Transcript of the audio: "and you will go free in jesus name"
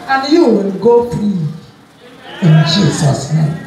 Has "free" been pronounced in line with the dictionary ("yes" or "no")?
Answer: no